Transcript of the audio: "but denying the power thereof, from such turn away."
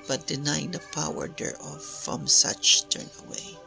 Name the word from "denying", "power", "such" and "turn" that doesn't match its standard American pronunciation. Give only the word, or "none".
none